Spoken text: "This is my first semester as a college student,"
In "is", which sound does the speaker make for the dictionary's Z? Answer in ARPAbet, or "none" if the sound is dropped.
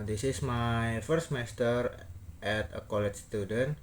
S